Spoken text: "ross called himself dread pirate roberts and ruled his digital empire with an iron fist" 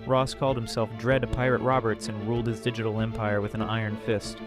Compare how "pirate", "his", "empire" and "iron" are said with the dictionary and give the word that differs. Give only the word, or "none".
none